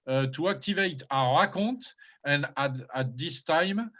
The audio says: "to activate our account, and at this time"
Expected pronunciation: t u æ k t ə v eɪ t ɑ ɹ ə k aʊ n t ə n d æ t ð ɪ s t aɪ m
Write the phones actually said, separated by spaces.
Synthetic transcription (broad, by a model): t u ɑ k t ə v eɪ t ɑ ɹ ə k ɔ t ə n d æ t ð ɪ s t aɪ m